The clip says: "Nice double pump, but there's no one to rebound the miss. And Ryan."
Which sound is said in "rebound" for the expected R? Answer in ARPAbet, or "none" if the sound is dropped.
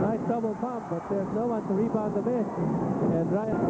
L